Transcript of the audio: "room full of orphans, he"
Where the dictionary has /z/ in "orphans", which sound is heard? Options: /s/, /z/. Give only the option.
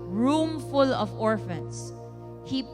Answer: /s/